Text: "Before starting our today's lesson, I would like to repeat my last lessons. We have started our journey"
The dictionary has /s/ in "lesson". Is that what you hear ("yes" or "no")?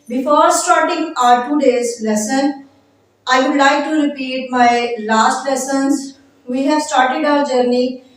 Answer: yes